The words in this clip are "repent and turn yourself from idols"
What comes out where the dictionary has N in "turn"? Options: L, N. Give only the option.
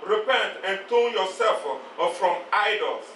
L